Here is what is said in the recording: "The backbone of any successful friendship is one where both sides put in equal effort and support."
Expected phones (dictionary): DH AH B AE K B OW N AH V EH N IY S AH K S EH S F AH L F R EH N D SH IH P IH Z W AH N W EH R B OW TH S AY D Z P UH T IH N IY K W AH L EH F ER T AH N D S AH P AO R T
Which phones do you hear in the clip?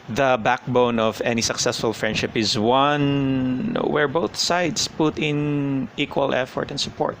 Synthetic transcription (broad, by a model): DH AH B AE K B OW N AH V EH N IY S AH K S EH S F AH L F R EH N D SH IH P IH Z W AH N W EH R B OW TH S AY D S P UH T IH N IY K W AH L EH F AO T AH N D S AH P AO R T